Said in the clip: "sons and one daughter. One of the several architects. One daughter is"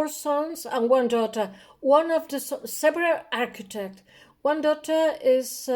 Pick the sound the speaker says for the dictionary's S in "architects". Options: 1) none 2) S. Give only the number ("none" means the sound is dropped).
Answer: 1